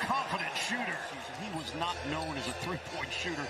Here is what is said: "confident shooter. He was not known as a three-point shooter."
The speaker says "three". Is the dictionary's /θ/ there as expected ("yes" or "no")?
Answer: yes